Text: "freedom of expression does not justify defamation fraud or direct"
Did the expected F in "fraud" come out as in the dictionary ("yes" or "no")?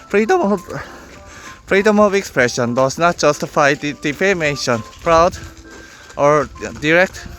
no